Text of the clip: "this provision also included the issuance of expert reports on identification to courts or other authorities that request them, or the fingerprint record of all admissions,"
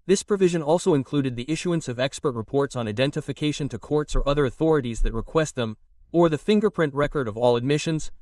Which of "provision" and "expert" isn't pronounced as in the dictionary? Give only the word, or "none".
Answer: none